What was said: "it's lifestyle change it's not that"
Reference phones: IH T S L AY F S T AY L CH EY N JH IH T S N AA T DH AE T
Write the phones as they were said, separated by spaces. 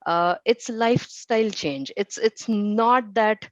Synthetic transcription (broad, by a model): IH T S L AY F S T AY L CH EY N JH IH T S N AA T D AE T